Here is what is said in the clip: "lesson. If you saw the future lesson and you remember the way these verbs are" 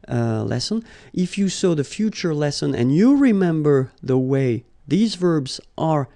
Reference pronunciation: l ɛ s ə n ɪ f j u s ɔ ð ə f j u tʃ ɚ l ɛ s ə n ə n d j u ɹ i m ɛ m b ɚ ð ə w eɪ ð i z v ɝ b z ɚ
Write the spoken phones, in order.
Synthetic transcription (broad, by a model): l ɛ s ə n ɪ f j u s ɔ ð ə f j u tʃ ɚ l ɛ s ə n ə n j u ɹ i m ɛ m b ɚ ð ə w eɪ ð i z v ɝ b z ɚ